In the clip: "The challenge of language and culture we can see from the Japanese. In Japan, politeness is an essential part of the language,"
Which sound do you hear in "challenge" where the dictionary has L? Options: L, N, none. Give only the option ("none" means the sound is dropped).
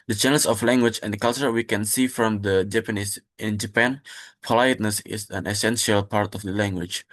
N